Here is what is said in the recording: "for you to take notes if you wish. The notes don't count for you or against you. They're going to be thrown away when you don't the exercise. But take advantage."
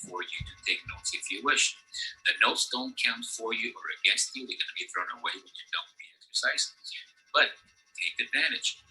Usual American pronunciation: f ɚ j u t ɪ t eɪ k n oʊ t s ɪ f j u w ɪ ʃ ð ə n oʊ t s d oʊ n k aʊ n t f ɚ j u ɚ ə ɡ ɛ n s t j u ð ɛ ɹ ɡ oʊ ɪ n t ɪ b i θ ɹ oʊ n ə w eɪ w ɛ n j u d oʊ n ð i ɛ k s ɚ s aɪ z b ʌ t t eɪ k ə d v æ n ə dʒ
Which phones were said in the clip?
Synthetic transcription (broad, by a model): f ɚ j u t ɪ t eɪ k n oʊ t s ɪ f j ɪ w ɪ ʃ ð ə n oʊ t s d oʊ n k aʊ n t f ɚ j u ɚ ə ɡ ɛ n s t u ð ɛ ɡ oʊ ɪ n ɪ b i θ ɹ oʊ n ə w eɪ w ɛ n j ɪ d oʊ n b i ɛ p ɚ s aɪ s b ʌ t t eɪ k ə d v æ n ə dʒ